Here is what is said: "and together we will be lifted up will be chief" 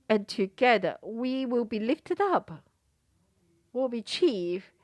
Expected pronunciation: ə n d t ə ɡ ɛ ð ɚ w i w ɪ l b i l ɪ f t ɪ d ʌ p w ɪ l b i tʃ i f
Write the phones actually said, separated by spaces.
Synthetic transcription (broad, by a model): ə n t ə ɡ ɛ ð ɚ w i w ɪ l b i l ɪ f t ɪ d ʌ p w ɪ l b i tʃ i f